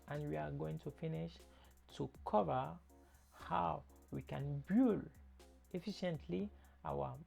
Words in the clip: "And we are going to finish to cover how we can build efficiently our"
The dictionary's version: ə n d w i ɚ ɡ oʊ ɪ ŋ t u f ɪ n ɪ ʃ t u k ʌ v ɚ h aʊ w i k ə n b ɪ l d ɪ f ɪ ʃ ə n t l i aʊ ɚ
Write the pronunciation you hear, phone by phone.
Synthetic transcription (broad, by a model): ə n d w i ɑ ɡ oʊ ɪ ŋ t u f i n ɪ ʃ t u k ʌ v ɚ h aʊ w i k ə n b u l ɪ f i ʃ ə n t l i aʊ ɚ